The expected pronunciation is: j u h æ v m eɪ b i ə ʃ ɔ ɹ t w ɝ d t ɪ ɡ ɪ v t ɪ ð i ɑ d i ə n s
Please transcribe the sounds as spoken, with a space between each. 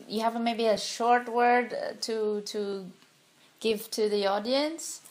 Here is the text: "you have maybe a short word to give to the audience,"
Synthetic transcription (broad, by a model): j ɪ h æ v m eɪ b i ə ʃ ɔ ɹ t w ɝ d t ɪ ɡ ɪ v t ɪ ð i ɑ d i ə n s